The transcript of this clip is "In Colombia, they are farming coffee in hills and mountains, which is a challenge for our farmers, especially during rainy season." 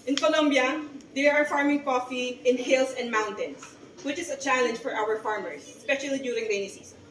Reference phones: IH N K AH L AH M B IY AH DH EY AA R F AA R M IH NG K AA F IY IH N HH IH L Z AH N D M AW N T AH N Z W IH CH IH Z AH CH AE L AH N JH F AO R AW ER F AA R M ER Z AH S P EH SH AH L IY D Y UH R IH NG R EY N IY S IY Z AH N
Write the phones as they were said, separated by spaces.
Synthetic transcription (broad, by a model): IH N K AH L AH M B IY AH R AA R F AA R M IH NG K AA F IY IH N HH IH L S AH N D M AW N T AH N S W IH CH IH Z AH CH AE L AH N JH F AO R AW ER F AA R M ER S AH S P EH SH AH L IY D Y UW R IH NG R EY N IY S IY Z